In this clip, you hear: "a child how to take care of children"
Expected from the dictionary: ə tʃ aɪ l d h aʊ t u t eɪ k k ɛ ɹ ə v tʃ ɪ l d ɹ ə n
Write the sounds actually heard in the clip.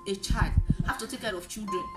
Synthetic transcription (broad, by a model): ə tʃ aɪ l d h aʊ t u t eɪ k k ɛ ɹ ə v tʃ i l d ɹ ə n